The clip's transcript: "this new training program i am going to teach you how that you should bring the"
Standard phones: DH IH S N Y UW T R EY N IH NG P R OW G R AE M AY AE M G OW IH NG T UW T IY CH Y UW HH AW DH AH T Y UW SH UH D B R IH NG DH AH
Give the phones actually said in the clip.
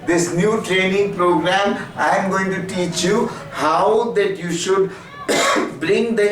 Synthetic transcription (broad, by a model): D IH S N Y UW T R EY N IH NG P R OW G R AE M AY M G OW IH NG T UW T IY CH Y UW HH AW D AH T Y UW SH UH D B R IH NG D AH